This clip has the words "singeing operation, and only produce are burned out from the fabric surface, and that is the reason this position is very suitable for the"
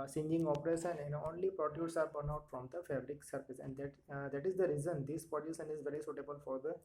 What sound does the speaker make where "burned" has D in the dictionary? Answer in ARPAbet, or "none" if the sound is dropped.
none